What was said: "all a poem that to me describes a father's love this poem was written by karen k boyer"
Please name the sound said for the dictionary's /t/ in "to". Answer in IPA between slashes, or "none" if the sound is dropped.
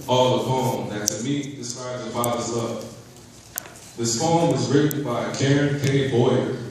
/s/